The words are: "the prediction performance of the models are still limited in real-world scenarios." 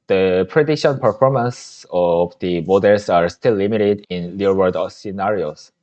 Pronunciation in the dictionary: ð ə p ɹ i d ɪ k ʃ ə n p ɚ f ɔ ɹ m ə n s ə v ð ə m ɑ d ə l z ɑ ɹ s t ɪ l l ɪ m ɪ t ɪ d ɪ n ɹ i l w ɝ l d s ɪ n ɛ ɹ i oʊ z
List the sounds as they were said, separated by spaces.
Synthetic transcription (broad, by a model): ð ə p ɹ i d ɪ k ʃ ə n p ɚ f ɔ ɹ m ə n s ə v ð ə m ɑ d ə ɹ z ɑ ɹ s t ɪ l l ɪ m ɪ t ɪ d ɪ n l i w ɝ d s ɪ n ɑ ɹ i oʊ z